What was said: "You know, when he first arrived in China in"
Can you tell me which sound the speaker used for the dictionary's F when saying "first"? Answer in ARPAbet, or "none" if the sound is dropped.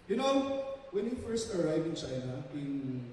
F